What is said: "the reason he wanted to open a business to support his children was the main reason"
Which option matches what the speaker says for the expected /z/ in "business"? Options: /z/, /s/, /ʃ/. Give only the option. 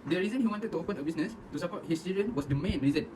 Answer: /s/